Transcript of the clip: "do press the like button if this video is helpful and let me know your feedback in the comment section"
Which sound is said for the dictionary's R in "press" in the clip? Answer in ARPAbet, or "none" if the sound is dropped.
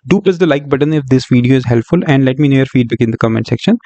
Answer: L